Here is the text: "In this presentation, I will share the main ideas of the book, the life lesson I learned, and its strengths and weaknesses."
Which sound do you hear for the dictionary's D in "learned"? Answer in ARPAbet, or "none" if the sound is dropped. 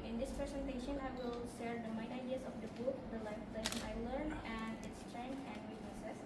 none